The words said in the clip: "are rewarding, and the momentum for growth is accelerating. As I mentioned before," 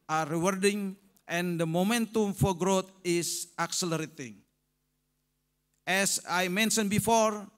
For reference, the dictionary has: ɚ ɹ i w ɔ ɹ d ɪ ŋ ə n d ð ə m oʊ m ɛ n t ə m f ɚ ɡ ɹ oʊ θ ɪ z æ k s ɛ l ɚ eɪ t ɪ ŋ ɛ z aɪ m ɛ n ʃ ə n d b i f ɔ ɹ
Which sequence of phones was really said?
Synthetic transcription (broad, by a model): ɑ ɹ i w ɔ ɹ d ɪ ŋ ə n d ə m oʊ m ɛ n t ə m f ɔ ɡ ɹ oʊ t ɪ s æ k s ɛ l ɚ eɪ t ɪ ŋ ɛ s aɪ m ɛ n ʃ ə n b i f ɔ ɹ